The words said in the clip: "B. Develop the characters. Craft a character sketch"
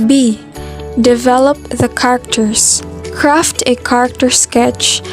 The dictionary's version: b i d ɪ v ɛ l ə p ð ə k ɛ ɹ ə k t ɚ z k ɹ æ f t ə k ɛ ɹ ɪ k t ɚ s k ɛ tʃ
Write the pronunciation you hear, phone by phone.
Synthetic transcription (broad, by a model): b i d ɪ v ɛ l ə p ð ə k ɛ ɹ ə k t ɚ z k ɹ æ f t ə k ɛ ɹ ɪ k t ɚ s k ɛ tʃ